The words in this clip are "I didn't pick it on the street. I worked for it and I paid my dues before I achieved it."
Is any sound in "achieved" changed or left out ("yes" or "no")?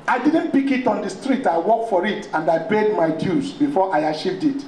yes